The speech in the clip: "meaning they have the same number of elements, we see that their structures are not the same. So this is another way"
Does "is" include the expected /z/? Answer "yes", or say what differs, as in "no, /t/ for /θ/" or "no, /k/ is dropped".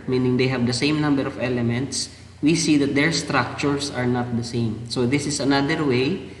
no, /s/ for /z/